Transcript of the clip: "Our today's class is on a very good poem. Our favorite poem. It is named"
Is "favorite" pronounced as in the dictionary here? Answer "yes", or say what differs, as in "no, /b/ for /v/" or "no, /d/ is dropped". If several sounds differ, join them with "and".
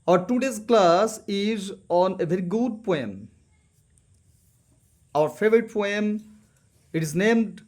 yes